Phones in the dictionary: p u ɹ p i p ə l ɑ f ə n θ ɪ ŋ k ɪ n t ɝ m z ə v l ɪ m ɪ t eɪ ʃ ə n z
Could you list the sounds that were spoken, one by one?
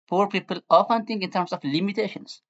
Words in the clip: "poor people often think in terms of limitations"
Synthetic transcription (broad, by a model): p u ɹ p i p ə l ɑ f ə n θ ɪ ŋ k ɪ n t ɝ m s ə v l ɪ m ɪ t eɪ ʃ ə n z